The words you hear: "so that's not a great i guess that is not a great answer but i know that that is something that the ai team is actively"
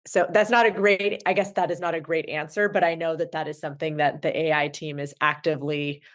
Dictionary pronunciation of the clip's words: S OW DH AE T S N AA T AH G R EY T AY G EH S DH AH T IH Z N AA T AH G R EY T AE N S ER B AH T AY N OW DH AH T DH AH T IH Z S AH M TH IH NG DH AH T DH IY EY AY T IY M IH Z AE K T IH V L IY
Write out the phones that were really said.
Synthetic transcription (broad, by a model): S OW DH AE T S N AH T AH G R EY T AY G EH S DH AH T IH Z N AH T AH G R EY T AE N S ER B AH T AY N OW DH AH T DH AH T IH Z S AH M TH IH NG DH AH T DH IY EY AY T IY M IH Z AE K T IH V L IY